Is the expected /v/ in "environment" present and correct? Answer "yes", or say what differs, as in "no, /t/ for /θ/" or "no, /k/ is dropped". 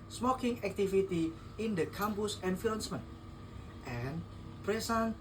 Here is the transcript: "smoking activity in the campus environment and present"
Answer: no, /f/ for /v/